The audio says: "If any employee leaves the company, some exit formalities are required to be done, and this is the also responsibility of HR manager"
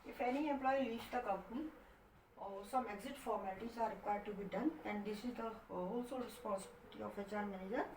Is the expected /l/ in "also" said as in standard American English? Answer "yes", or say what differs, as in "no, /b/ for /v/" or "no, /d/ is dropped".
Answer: yes